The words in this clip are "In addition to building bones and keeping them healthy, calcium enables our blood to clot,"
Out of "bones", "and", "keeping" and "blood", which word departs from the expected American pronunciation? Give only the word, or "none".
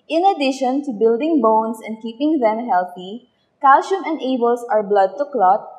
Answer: bones